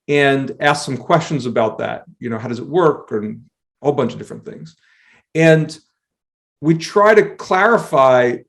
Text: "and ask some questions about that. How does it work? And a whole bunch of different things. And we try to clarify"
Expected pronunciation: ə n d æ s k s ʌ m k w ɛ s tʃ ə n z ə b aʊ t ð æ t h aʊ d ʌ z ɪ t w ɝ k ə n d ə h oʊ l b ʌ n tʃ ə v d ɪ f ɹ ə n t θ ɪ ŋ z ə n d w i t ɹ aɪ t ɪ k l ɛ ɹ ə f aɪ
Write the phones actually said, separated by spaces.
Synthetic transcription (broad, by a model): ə n æ s k s ʌ m k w ɛ s tʃ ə n z ə b aʊ t ð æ t h aʊ d ʌ z ɪ t w ɝ k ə n ə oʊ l b ʌ n tʃ ə v d ɪ f ɹ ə n θ ɪ ŋ z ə n w i t ɹ aɪ t ɪ k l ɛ ɹ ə f aɪ